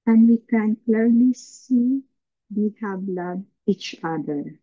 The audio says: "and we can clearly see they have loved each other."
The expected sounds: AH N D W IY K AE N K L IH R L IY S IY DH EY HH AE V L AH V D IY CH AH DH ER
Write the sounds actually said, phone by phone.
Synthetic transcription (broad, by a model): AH N D W IY K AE N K L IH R L IY S IY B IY HH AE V L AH D IY CH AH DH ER